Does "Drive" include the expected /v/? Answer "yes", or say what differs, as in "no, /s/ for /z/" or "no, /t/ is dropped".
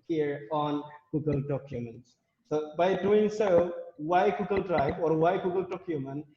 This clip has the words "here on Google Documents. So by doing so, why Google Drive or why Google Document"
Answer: no, /b/ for /v/